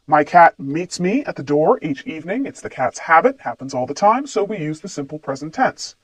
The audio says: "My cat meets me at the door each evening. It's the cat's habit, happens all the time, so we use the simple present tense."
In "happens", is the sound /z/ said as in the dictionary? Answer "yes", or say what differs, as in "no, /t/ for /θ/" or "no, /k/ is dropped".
yes